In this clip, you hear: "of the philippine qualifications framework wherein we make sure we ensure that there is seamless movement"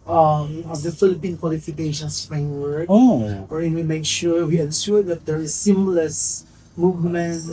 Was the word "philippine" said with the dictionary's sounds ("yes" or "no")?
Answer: yes